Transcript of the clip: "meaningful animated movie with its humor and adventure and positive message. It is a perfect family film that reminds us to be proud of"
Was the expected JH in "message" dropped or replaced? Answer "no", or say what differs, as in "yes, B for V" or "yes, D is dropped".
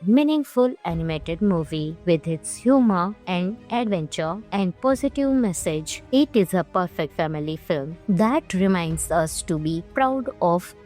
no